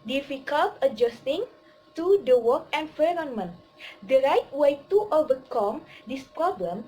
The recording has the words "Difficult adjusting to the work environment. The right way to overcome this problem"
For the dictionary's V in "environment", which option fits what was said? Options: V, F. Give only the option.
F